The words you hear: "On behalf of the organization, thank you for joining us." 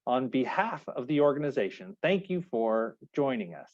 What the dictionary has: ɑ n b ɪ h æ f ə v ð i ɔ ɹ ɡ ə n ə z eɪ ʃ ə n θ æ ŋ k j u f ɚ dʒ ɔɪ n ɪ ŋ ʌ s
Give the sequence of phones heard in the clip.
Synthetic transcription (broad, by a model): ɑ n b ɪ h æ f ə v ð i ɔ ɹ ɡ ə n ə z eɪ ʃ ə n θ æ ŋ k j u f ɚ dʒ ɔɪ n ɪ ŋ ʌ s